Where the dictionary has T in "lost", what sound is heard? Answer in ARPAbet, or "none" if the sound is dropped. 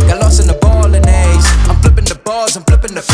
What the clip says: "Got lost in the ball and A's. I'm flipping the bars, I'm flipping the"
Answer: none